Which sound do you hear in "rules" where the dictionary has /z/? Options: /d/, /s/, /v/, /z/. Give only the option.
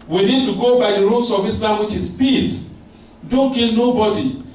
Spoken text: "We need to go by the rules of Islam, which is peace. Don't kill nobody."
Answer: /s/